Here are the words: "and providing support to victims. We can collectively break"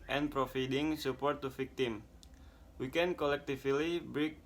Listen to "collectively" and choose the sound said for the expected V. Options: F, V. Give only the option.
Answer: F